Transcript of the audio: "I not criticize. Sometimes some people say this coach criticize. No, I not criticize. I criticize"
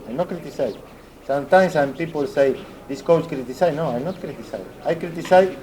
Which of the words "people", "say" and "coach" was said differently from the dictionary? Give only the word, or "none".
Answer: coach